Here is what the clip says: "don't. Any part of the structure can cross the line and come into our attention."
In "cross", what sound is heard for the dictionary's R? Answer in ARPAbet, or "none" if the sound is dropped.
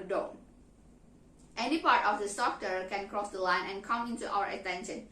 R